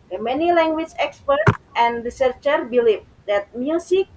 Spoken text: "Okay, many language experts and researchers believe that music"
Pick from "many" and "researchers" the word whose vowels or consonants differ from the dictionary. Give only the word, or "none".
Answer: researchers